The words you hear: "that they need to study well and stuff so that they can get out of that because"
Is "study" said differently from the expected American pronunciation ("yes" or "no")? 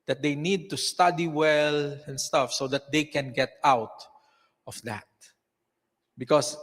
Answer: no